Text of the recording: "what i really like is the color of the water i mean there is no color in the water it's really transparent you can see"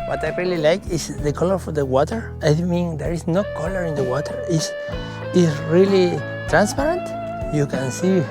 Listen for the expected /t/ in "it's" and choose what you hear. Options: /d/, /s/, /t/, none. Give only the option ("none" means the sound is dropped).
/s/